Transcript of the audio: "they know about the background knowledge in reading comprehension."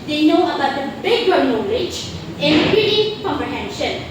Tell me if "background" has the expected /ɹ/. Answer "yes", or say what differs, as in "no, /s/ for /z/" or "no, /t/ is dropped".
no, /ɹ/ is dropped